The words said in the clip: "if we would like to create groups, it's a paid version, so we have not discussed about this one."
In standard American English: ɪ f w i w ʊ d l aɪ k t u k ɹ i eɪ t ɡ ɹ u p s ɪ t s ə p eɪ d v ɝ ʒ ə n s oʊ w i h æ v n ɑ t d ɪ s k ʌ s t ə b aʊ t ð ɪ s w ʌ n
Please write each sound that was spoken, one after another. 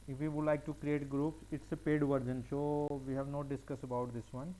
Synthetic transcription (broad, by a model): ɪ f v i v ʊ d l aɪ k t u k ɹ i eɪ t ɡ ɹ u p s ɪ t s ə p eɪ d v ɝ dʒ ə n ʃ oʊ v i h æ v n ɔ d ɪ s k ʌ s ə b aʊ t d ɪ s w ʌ n